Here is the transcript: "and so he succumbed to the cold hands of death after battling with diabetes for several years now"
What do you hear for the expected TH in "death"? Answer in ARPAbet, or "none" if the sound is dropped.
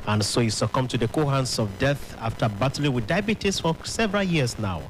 TH